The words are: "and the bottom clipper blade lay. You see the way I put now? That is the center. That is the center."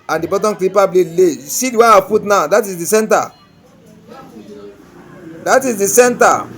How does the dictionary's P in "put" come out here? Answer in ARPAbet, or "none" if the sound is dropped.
F